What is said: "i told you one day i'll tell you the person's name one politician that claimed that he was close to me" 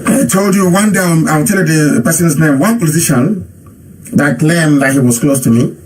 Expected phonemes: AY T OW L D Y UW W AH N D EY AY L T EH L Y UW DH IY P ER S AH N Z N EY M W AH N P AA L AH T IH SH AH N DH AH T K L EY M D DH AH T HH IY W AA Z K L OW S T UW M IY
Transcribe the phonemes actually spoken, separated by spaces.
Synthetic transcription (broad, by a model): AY T OW L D Y UW W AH N D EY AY W T EH L Y UW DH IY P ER S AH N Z N EY M W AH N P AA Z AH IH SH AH N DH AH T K L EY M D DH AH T HH IY W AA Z K L OW S T UW M IY